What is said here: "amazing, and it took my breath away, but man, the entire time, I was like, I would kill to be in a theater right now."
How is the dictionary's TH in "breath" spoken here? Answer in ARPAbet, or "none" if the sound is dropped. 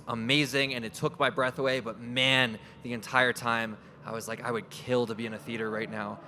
TH